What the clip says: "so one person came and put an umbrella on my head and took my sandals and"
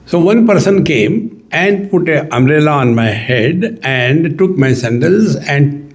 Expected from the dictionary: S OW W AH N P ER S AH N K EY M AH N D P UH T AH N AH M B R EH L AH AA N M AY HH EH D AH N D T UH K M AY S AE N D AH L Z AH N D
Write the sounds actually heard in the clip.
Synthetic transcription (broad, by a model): S OW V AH N P ER S AH N K EY M AH N D P UH T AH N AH M R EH L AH AA N M AY HH EH D AH N D T UH K M AY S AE N D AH L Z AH N D